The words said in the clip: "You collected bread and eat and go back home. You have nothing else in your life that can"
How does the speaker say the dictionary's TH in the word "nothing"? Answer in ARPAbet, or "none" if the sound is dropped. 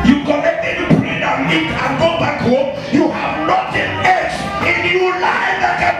T